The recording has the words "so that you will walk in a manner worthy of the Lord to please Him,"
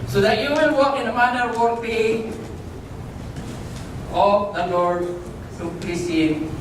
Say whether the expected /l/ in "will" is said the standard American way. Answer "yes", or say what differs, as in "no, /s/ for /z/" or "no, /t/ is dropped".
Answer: no, /n/ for /l/